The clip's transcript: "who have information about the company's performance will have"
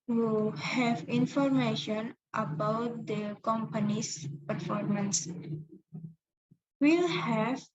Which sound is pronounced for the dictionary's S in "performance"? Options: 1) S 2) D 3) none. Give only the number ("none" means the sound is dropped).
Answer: 1